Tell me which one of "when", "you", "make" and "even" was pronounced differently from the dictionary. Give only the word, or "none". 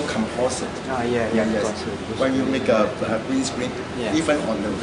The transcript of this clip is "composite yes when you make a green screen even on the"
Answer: even